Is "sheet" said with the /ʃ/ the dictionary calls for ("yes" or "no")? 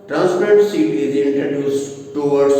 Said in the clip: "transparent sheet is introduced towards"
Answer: no